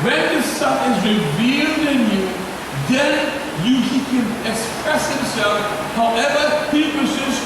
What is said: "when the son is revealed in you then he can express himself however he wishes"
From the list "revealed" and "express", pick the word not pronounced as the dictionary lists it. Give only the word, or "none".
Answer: none